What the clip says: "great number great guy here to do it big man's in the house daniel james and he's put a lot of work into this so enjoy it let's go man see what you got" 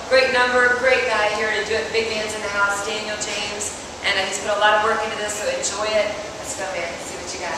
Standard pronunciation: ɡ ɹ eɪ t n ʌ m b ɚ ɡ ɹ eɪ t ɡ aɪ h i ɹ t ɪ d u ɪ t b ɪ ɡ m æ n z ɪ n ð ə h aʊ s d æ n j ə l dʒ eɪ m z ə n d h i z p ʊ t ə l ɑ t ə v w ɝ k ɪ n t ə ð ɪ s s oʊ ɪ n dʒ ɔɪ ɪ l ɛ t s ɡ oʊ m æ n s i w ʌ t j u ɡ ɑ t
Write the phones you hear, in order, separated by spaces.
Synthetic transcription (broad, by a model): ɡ ɹ eɪ t n ʌ m b ɚ ɡ ɹ eɪ t ɡ aɪ h i ɹ t ɪ d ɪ ɪ t b ɪ ɡ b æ n z ɪ n ð ə h aʊ s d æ n j l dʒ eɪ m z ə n h i z b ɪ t ə l ɑ t ə v w ɝ k ɪ n t ə ð ɪ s s oʊ ɪ n dʒ ɔɪ ɪ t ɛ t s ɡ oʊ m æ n s i w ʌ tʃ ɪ ɡ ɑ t